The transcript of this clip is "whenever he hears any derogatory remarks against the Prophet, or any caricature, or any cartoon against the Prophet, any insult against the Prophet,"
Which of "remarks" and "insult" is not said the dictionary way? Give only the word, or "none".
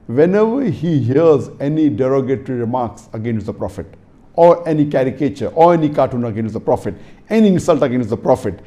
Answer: insult